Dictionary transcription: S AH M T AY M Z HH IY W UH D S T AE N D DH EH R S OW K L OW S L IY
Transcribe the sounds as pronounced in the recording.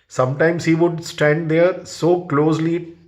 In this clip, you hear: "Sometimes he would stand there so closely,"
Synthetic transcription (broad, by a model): S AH M T AY M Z HH IY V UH D S T AE N D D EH R S OW K L OW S L IY